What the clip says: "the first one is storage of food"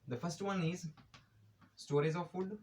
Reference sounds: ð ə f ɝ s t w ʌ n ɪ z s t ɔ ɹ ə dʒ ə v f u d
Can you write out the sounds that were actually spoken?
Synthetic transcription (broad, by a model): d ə f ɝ s t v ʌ n ɪ z s t ɔ ɹ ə z ə v f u d